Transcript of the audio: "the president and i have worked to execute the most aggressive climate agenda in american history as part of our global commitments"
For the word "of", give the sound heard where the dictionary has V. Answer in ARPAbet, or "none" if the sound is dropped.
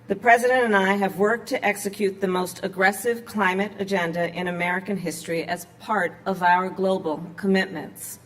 V